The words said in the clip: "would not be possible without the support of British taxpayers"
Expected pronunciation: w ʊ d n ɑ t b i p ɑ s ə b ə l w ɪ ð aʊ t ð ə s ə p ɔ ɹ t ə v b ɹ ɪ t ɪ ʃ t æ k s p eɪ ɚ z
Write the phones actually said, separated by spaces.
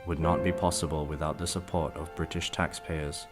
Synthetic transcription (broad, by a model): w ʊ d n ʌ t b i p ɑ s ə b ə l w ɪ ð aʊ t ð ə s ə p ɔ ɹ t ə v b ɹ ɪ t ɪ ʃ t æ k s p eɪ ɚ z